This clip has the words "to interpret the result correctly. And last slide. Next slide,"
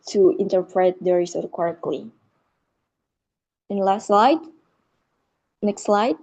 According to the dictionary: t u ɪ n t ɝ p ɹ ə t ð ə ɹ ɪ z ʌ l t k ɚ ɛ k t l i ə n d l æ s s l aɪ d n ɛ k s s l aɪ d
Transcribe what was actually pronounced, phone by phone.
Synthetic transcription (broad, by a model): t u ɪ n t ɝ p ɹ ə t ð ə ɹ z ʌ t k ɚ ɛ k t l i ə n l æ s s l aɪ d n ɛ k s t l aɪ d